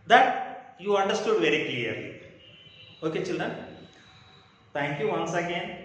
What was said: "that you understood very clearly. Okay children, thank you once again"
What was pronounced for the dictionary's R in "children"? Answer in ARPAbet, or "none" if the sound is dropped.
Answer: none